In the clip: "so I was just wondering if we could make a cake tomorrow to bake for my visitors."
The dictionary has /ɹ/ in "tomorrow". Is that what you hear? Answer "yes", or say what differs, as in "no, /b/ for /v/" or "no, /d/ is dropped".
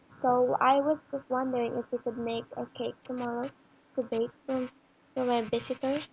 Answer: yes